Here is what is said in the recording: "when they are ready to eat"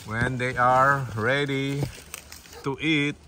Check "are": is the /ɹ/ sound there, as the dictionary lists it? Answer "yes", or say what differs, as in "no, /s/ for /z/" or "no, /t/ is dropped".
yes